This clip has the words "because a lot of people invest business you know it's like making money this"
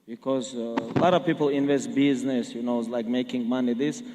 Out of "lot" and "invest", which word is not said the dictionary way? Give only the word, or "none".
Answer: none